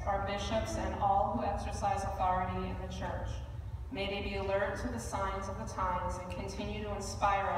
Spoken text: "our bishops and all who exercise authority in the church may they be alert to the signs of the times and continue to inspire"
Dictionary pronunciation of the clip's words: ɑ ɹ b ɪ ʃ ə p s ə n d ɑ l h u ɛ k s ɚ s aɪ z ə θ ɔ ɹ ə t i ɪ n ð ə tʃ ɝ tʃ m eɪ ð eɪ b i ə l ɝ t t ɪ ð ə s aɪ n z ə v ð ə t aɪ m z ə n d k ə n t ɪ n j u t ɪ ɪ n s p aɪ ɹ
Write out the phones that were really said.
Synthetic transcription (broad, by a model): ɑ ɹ b ɪ ʃ ə p s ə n ɑ l h u ɛ k s ɚ s aɪ z ə θ ɔ ɹ ə t i ɪ n ð ə tʃ ɝ tʃ m eɪ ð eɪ b i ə l ɝ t t ɪ ð ə s aɪ n z ə v ð ə t aɪ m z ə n k ə n t ɪ n j u t ɪ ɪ n s p aɪ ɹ